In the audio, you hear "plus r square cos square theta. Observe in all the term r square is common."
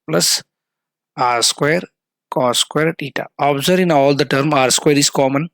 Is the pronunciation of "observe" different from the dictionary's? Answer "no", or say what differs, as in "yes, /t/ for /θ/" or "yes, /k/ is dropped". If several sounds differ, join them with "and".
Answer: yes, /v/ is dropped